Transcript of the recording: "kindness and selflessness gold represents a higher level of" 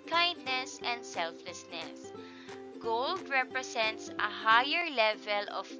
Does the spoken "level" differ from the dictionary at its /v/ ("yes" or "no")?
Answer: no